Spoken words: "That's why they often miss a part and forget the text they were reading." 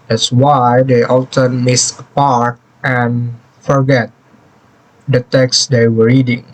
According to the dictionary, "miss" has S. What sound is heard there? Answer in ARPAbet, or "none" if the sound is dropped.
S